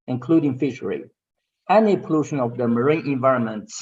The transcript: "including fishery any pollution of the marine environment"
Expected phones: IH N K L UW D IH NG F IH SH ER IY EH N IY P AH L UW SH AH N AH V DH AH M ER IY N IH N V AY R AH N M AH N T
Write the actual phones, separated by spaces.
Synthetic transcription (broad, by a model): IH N K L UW D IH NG F IH SH ER IY EH N IY P AH L UW SH AH N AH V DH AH M ER IY N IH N V AY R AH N M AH N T